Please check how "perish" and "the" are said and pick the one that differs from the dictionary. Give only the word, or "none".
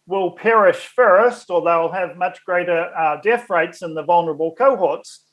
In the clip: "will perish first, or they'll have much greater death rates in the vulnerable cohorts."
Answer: none